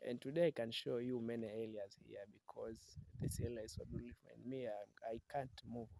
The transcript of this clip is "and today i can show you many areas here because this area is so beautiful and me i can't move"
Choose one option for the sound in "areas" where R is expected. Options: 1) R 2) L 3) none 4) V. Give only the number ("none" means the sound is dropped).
2